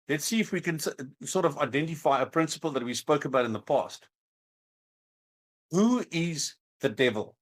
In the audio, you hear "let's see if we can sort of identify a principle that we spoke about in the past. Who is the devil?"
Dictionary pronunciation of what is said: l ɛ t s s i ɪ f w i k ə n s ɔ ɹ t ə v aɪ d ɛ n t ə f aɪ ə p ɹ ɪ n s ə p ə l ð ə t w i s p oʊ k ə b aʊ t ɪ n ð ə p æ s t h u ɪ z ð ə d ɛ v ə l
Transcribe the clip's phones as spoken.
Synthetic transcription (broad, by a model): l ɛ t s s i ɪ f w i k ə n s ɔ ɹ t ə v aɪ d ɛ n t ə f aɪ ə p ɹ ɪ n s ə p ə l ð ə t w i s p oʊ k ə b aʊ t ɪ n ð ə p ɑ s t h u ɪ z ð ə d ɛ v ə l